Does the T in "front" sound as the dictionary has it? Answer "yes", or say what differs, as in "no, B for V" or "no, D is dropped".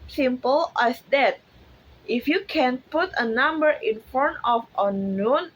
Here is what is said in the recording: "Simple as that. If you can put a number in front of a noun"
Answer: no, T is dropped